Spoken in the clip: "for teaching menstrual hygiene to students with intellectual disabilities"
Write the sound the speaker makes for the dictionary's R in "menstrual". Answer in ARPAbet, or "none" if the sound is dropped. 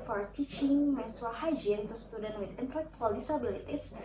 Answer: none